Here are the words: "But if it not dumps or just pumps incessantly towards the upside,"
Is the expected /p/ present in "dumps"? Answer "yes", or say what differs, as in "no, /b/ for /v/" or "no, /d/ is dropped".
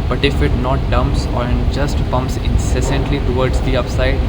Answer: yes